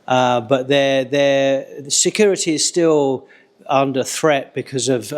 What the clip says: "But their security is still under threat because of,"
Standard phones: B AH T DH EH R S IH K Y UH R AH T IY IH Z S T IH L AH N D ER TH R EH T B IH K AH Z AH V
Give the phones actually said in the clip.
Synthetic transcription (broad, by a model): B AH T DH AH R S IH K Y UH R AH T IY IH Z S T IH L AH N D ER TH R EH T B IH K AH Z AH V